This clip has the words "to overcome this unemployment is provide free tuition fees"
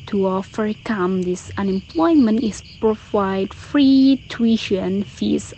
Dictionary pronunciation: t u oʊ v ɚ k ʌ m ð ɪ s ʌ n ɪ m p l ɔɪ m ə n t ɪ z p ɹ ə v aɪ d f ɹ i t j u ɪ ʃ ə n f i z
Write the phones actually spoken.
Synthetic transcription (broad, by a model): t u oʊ f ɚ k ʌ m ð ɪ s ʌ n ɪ m p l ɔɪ m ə n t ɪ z p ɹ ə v aɪ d f ɹ i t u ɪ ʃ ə n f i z